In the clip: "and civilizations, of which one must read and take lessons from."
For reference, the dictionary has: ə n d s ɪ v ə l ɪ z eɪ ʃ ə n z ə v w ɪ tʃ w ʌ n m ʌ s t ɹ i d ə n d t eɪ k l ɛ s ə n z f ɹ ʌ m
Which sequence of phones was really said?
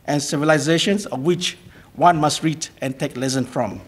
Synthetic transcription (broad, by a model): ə n s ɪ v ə l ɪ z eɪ ʃ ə n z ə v w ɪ tʃ w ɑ n m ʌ s t ɹ i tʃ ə n t eɪ k l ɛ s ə n f ɹ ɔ m